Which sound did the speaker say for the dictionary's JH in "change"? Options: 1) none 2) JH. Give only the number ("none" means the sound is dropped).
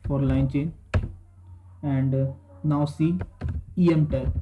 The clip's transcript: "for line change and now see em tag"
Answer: 1